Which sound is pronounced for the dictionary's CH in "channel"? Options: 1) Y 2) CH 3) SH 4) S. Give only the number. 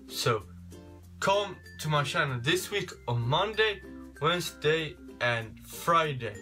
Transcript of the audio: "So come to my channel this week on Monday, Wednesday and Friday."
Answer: 3